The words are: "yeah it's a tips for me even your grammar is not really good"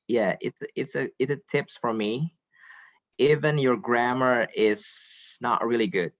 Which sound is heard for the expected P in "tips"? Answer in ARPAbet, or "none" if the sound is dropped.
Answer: P